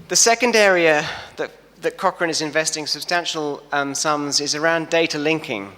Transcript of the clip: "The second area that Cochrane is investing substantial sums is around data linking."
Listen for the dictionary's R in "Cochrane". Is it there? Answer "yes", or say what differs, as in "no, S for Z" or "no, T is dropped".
yes